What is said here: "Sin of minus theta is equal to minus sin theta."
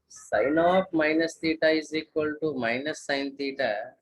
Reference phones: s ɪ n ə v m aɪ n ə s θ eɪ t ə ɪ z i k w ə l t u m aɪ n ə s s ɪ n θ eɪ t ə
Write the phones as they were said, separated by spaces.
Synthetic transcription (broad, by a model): s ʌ n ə p m aɪ n ə s t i t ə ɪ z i k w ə l t u m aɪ n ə s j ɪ n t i t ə